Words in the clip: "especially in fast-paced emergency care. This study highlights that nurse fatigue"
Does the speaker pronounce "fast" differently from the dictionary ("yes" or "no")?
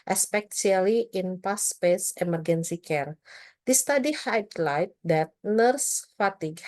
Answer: yes